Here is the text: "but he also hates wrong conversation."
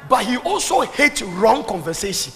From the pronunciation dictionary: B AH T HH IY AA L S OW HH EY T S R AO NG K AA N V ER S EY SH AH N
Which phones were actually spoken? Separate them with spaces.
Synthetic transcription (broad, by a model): B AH T HH IY AA L S OW HH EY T R AO NG K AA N V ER S EY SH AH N